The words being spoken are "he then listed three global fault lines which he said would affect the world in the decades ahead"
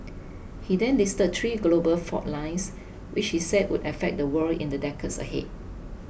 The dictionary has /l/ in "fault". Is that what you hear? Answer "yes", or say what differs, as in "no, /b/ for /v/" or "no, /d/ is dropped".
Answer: no, /l/ is dropped